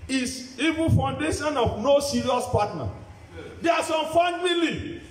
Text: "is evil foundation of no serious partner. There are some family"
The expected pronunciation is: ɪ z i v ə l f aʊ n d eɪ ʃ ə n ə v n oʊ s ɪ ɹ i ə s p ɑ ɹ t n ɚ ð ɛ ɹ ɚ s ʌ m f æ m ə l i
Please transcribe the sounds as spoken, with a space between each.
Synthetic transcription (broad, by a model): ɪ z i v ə n f aʊ n d eɪ ʃ ə n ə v n oʊ s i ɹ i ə s p ɑ t n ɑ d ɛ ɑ s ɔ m f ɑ m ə l i